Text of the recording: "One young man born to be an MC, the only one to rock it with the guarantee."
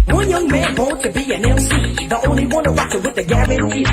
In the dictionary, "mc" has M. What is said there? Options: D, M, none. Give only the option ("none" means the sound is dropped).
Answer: none